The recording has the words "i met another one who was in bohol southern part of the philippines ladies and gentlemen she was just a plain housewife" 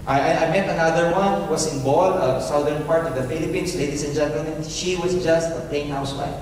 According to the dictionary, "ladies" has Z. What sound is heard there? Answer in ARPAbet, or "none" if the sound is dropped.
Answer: S